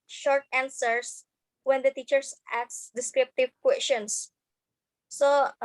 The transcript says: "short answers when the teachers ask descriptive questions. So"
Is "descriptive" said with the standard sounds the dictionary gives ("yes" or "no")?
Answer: yes